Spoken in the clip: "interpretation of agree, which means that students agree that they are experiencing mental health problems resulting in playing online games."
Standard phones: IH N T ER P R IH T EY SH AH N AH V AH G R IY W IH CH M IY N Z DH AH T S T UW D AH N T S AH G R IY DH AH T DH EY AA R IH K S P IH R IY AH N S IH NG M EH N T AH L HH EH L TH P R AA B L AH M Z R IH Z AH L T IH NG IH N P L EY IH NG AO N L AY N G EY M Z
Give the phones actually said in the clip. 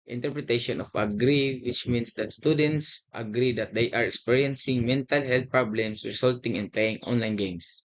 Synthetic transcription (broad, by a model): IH N T ER P R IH T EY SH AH N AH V AH G R IY W IH CH M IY N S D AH T S T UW D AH N T S AH G R IY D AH T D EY AA R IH K S P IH R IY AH N S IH NG M EH N T AH L HH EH L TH P R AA B L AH M S R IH S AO L T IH NG IH N P L EY IH NG AO N L AY N G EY M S